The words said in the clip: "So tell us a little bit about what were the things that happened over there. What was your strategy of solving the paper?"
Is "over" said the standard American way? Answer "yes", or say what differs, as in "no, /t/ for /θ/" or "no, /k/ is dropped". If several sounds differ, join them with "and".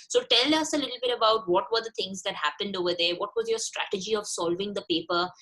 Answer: yes